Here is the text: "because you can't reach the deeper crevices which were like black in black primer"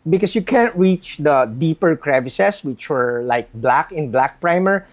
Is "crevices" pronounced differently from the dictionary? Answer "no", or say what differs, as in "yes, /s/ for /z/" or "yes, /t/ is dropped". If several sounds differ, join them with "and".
yes, /s/ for /z/